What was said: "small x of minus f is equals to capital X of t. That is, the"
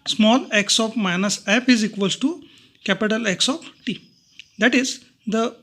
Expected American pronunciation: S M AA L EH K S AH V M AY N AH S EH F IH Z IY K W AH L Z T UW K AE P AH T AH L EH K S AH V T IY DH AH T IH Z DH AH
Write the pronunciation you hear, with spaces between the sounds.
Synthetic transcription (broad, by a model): S M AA L EH K S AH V M AY N AH S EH P IH Z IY K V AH L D T UW K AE P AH T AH L EH K S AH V T IY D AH T IH Z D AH